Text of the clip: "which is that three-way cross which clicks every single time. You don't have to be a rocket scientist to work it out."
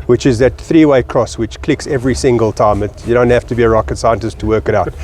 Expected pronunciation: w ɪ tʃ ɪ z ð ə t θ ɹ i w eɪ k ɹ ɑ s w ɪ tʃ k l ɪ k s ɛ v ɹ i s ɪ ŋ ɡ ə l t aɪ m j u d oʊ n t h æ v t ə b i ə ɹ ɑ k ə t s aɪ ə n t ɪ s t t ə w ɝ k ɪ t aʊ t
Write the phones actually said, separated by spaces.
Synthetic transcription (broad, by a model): w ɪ tʃ ɪ z ð ə t θ ɹ i w eɪ k ɹ ɑ s w ɪ tʃ k l ɪ k s ɛ v ɹ i s ɪ ŋ ɡ ə l t aɪ m j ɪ d oʊ n t h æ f t ə b i ə ɹ ɑ k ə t s aɪ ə n t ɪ s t t ə w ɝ k ɪ t aʊ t